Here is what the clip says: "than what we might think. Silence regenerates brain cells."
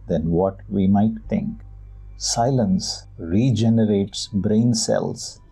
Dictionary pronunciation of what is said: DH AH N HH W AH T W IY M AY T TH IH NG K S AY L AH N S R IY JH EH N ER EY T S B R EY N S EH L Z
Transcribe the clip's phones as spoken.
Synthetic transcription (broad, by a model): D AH N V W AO T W IY M AY T T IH NG K S AY L AH N S R IY JH EH N ER EY T S B R EY N S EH L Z